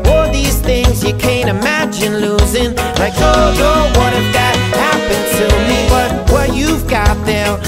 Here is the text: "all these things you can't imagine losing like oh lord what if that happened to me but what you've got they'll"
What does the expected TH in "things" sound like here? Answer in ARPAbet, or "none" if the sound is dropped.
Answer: TH